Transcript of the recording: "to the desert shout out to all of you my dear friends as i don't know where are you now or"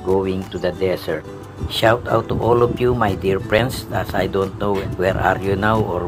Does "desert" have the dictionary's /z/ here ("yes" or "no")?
no